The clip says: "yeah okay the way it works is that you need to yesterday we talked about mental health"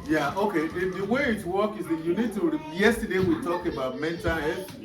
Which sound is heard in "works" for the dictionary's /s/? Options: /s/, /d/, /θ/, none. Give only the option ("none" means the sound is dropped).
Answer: none